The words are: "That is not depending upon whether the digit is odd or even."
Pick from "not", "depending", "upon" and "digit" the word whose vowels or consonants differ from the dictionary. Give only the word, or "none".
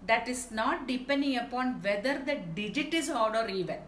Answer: none